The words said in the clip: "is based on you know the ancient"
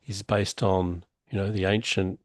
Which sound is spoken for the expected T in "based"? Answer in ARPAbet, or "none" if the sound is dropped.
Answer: T